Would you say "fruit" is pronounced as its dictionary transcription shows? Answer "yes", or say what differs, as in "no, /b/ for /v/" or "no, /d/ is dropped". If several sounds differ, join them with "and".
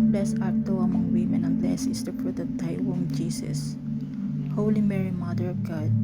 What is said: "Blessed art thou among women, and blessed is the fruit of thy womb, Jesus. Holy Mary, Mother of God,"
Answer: no, /p/ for /f/